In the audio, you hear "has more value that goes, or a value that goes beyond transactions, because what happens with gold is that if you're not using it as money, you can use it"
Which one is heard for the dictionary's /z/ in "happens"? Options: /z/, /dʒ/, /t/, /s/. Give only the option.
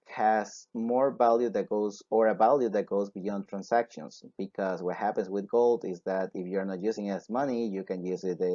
/s/